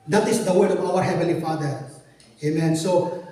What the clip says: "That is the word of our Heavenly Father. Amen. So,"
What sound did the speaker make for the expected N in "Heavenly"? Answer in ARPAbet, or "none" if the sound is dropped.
none